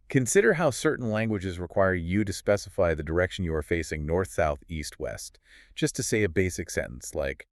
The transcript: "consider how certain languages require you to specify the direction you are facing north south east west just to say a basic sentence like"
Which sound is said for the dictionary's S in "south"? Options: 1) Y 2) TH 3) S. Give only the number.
3